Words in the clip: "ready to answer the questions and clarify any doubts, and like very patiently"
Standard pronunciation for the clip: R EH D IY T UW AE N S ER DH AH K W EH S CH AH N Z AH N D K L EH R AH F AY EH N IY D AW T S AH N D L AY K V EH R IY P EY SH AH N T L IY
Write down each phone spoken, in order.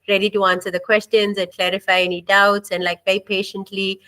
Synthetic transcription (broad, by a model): R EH D IY T UW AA N S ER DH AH K W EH S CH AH N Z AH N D K L EH R AH F AY EH N IY D AW T S AH N D L AY K B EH IY P EY SH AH N T L IY